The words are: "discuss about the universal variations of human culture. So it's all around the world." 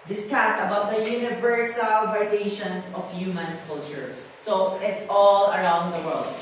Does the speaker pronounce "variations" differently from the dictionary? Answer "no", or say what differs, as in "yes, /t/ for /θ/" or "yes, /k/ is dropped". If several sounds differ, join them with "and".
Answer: yes, /ɹ/ is dropped and /s/ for /z/